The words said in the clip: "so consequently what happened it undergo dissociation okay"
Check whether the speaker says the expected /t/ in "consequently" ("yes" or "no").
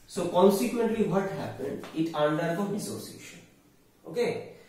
yes